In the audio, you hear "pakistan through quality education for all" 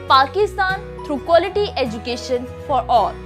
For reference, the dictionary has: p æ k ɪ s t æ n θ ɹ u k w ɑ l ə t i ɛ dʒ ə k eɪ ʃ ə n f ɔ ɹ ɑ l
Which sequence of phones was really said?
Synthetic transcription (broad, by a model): p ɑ k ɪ s t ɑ n t ɹ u k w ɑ l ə t i ɛ dʒ ə k eɪ ʃ ə n f ɔ ɹ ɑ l